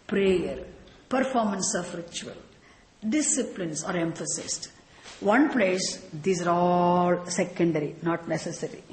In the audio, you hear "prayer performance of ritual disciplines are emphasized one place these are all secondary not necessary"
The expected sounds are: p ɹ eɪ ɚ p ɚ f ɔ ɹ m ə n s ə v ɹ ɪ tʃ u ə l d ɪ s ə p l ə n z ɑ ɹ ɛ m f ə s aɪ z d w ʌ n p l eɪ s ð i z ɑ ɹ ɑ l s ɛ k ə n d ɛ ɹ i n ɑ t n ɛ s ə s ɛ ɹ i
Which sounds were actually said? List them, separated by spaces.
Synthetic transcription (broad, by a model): p ɹ eɪ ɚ p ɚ f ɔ ɹ m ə n s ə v ɹ ɪ tʃ u ə l d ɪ s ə p l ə n s ɑ ɹ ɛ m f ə s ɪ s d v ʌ n p l eɪ s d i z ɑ ɹ ɑ l s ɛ k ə n d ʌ ɹ i n ɑ t n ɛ s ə s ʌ ɹ i